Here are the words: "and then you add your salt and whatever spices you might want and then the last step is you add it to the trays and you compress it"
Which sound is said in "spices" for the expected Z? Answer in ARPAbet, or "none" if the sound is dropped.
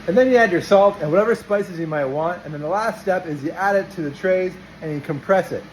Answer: Z